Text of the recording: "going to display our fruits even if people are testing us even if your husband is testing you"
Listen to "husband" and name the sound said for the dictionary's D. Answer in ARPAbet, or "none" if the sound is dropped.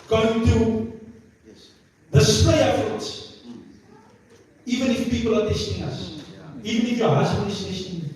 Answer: none